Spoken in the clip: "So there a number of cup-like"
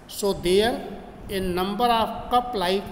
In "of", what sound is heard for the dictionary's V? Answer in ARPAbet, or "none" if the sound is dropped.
P